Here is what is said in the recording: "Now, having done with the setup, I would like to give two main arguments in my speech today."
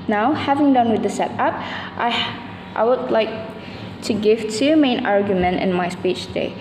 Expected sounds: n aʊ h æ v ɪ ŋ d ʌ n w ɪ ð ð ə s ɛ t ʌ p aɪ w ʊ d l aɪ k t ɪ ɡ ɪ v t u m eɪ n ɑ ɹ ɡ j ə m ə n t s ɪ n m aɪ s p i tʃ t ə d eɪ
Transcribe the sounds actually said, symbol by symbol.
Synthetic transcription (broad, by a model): n aʊ h æ v ɪ ŋ d ʌ n w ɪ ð ð ə s ɛ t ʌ p aɪ w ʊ d l aɪ k t ɪ ɡ ɪ v t u m eɪ n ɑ ɹ ɡ j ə m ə n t ɪ n m aɪ s p i tʃ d eɪ